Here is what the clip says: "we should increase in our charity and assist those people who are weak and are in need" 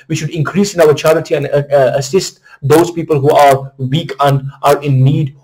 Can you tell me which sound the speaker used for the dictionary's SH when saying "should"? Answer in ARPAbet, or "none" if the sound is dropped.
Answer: SH